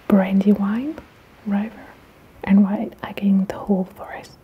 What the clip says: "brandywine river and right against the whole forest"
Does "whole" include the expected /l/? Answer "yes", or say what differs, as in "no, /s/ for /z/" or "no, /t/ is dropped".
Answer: yes